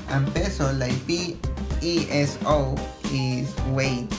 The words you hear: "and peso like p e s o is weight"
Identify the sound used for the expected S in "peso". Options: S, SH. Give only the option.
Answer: S